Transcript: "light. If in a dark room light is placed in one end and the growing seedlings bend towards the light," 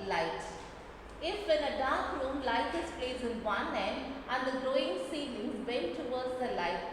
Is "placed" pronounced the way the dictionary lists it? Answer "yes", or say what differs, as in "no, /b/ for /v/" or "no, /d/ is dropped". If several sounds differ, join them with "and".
no, /t/ is dropped